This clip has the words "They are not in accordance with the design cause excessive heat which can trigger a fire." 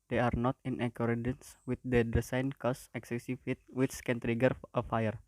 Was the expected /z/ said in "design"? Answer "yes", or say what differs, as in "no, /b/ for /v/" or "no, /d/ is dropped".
no, /s/ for /z/